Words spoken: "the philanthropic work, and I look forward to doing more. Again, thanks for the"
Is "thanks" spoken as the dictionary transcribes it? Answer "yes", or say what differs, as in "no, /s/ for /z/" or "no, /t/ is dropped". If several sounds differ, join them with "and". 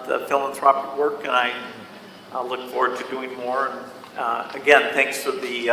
yes